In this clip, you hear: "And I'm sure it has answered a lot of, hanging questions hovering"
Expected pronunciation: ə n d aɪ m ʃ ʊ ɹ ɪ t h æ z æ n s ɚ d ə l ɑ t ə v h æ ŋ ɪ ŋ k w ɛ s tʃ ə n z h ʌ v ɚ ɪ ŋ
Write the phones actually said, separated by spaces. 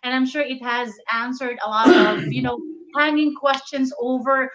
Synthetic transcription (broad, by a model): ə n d aɪ m ʃ ʊ ɹ ɪ t h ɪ z æ n s ɚ d ə l ɑ t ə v h æ ŋ ɪ ŋ k w ɛ s tʃ ə n z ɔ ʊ v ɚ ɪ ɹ